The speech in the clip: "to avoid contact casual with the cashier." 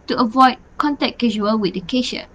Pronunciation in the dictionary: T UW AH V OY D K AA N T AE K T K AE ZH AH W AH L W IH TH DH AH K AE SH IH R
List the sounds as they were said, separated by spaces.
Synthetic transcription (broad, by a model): T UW AH V OY D K AA N T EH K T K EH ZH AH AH L W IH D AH K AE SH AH